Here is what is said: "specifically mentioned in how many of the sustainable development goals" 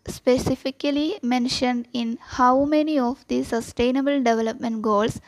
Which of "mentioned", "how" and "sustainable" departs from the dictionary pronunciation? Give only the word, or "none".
none